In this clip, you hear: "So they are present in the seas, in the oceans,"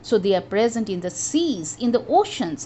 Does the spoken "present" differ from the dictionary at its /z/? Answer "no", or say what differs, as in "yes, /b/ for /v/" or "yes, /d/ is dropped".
no